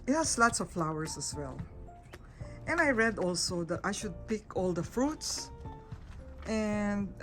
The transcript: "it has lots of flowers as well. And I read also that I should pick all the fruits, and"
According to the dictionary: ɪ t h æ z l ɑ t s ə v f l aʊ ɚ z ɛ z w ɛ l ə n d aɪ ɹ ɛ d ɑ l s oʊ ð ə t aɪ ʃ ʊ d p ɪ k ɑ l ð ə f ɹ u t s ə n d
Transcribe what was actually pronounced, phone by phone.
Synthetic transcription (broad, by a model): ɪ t h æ s l ɑ t s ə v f l aʊ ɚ s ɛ s w ɛ l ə n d aɪ ɹ ɛ d ɑ l s oʊ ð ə t aɪ ʃ ʊ d p ɪ k ɑ l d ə f ɹ u t s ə n d